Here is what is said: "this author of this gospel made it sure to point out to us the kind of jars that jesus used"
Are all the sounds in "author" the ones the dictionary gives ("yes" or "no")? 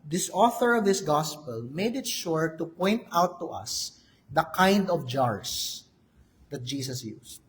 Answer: yes